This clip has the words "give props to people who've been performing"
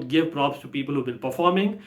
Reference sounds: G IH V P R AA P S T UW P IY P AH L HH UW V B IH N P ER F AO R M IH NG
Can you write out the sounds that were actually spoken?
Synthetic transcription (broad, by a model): G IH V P R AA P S T UW P IY P AH L HH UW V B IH L P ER F AO R M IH NG